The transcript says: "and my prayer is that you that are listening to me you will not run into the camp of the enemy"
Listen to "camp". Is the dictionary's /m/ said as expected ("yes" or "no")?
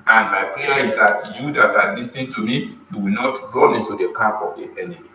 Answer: no